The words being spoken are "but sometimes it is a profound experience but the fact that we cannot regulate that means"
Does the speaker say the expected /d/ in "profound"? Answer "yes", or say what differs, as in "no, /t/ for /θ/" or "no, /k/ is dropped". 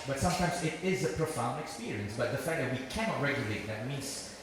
yes